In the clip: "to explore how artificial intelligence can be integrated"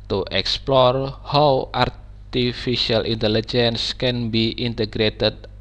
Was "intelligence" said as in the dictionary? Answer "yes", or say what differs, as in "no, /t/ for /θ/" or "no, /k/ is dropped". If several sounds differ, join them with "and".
yes